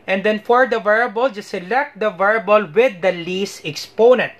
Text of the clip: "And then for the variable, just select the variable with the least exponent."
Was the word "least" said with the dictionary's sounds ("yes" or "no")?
no